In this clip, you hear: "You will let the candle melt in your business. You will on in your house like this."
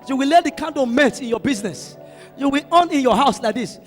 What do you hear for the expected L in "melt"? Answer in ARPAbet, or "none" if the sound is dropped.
none